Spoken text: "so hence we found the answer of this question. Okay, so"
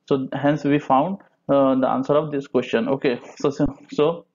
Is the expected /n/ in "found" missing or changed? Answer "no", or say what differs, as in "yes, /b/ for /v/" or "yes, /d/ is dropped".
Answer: no